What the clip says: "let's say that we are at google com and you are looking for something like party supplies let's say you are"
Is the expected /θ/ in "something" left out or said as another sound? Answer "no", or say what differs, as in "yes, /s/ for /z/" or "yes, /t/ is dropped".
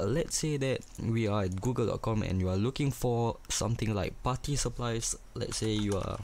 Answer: yes, /t/ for /θ/